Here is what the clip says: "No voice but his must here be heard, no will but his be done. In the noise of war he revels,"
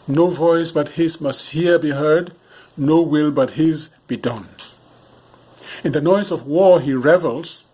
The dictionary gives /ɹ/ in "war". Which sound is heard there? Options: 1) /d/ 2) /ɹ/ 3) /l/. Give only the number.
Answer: 2